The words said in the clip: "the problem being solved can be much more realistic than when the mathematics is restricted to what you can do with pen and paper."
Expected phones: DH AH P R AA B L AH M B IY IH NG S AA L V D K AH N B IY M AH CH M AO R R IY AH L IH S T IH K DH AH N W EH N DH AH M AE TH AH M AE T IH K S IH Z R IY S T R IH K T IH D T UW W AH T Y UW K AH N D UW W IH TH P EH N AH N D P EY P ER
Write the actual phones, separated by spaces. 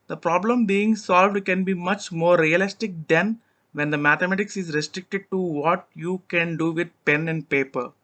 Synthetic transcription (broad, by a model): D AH P R AA B L AH M B IY IH NG S AA L V D K AH N B IY M AH CH M AO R R IY AH L IH S T IH K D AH N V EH N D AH M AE T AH M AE T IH K S IH Z R IY S T R IH K T IH D T UW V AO T Y UW K AH N D UW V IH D P EH N AH N D P EY P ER